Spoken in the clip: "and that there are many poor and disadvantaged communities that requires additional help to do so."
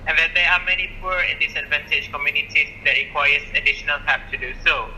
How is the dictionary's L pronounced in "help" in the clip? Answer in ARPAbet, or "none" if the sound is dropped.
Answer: none